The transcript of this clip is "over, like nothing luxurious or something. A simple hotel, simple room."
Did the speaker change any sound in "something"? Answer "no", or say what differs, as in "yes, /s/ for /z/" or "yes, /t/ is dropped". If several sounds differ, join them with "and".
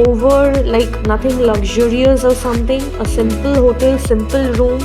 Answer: yes, /t/ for /θ/